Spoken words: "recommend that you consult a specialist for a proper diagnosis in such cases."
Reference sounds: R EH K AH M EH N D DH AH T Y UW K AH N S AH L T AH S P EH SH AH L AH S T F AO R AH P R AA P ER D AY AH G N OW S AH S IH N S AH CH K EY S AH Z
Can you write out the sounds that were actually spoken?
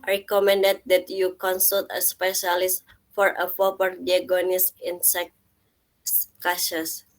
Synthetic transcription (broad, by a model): R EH K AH M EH N D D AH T Y UW K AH N S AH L T AH S P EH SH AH L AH S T F AO R AH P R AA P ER D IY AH G OW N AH S IH N S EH S K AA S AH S